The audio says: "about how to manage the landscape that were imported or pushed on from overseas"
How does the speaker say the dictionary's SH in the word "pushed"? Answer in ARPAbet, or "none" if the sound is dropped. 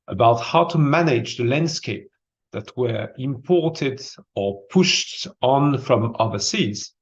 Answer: SH